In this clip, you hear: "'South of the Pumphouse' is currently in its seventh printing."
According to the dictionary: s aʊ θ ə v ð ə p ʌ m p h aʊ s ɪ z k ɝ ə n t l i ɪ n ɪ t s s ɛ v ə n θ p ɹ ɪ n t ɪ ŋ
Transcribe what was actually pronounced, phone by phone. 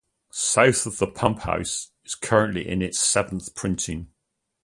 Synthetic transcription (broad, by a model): s aʊ θ ə v ð ə p ʌ m p h aʊ s ɪ z k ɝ ə n t l i ɪ n ɪ t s s ɛ v ə n θ p ɹ ɪ n t ɪ ŋ